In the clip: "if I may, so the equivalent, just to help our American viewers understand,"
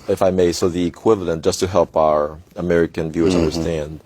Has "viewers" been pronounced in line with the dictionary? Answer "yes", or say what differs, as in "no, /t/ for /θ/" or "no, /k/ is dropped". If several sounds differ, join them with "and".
yes